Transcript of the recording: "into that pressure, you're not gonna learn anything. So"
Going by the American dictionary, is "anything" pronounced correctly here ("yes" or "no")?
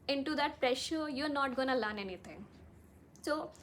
no